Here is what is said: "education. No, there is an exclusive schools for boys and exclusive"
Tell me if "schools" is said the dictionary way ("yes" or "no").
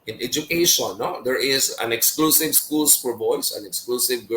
no